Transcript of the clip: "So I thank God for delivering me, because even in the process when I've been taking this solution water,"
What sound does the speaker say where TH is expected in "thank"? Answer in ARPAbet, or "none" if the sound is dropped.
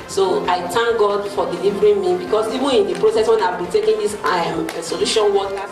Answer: T